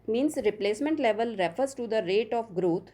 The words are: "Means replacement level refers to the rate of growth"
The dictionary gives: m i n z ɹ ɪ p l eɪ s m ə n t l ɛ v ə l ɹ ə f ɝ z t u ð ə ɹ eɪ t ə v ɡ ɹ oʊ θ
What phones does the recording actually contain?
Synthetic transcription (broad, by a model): m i n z ɹ ɪ p l eɪ s m ə n t l ɛ v ə l ɹ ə f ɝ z t u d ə ɹ eɪ t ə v ɡ ɹ oʊ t